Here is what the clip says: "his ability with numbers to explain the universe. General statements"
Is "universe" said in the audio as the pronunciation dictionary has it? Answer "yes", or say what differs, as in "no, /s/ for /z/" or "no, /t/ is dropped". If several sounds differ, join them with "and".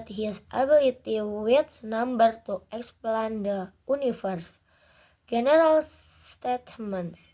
no, /f/ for /v/